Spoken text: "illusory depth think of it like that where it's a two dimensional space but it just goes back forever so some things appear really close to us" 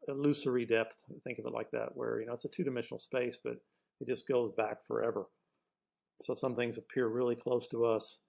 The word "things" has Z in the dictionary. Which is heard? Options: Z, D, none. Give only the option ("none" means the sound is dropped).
Z